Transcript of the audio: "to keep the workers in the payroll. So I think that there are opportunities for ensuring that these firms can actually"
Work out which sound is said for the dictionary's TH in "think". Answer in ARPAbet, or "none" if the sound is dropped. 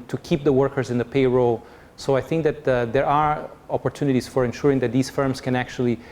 TH